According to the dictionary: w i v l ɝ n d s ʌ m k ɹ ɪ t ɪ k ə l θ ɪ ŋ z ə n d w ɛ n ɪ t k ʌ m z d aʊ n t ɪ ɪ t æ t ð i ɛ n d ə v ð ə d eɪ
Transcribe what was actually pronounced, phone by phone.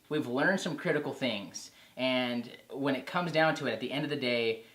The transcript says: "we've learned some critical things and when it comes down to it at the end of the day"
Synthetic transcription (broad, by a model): w i v l ɝ n d s ʌ m k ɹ ɪ t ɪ k l θ ɪ ŋ z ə n w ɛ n ɪ t k ʌ m z d aʊ n t ɪ ɪ t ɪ t ð i ɛ n d ə v ð ə d eɪ